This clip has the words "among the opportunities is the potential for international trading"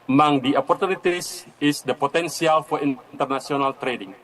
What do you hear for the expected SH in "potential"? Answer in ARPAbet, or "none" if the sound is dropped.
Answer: S